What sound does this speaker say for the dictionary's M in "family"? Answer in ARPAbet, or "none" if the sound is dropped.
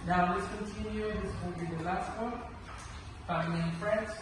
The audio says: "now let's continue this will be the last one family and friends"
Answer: none